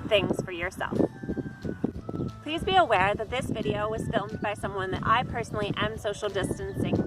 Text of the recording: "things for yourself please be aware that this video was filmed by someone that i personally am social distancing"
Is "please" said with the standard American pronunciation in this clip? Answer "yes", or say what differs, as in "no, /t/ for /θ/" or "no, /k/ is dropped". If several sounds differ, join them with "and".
yes